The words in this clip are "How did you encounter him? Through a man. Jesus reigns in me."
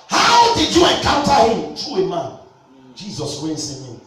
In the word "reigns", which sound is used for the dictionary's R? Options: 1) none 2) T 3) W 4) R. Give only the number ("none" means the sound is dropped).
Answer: 3